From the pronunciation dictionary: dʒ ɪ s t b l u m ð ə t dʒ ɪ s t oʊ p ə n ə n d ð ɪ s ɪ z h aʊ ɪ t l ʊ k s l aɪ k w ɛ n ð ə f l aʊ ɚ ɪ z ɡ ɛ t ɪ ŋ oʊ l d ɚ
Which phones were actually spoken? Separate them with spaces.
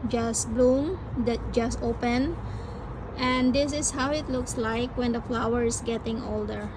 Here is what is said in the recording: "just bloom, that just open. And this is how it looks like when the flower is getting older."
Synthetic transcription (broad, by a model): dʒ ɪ s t b l u m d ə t dʒ ɪ s t oʊ p ə n ə n d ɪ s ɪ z h aʊ ɪ t l ʊ k s l aɪ k w ɛ n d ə f l aʊ ɚ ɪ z ɡ ɛ t ɪ ŋ oʊ l d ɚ